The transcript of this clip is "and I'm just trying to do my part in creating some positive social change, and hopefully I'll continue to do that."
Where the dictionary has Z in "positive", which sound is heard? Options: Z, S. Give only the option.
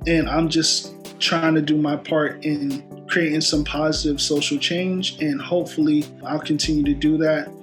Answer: Z